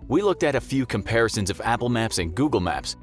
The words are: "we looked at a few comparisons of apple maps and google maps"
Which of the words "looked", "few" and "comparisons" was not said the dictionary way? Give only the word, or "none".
none